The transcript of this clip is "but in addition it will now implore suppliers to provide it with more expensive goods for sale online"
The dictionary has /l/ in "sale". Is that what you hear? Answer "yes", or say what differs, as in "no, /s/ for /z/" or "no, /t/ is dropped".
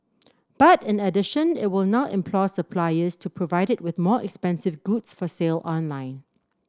yes